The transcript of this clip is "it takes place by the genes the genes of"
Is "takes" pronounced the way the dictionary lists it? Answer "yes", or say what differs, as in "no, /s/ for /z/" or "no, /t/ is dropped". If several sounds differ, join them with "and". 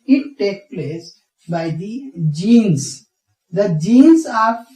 no, /s/ is dropped